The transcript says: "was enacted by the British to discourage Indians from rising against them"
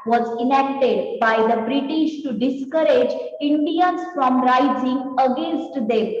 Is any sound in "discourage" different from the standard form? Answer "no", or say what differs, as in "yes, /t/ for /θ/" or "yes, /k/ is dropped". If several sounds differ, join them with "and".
no